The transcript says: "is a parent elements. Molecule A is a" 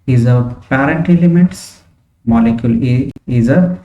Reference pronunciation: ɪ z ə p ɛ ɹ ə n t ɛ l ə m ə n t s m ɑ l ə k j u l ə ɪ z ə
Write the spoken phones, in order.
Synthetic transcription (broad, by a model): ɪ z ə p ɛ ɹ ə n t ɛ l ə m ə t s m ɑ l ə k j u l ə ɪ z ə